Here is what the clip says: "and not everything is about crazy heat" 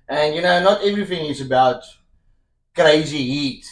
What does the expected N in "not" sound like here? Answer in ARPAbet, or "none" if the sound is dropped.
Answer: N